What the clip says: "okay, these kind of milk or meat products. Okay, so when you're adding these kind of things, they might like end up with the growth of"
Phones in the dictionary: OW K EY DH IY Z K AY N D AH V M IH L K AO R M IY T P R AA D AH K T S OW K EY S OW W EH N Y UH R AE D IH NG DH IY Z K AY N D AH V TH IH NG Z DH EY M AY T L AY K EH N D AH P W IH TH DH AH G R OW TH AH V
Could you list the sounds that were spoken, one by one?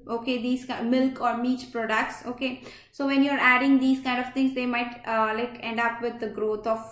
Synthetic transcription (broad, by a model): OW K EY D IY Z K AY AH M IH L K AO R M IY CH P R AA D AH K T S OW K EY S OW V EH N Y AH R AE D IH NG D IY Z K AY N D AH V T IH NG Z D EY M AY T L AY K EH N D AH P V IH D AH G R OW T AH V